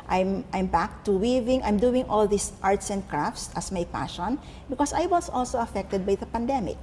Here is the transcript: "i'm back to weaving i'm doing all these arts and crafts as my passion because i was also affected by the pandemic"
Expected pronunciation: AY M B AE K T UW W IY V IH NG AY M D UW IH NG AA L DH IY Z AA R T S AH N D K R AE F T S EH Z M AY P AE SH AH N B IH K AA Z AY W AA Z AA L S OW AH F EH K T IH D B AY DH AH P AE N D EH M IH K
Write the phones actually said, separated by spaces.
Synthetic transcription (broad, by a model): AY M B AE K T UW W IY V IH NG AY M D UW IH NG AA L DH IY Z AA R T S AH N D K R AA F T S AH S M AY P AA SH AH N B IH K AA S AY W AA S AA L S OW AH F EH K T IH D B AY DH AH P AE N D EH M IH K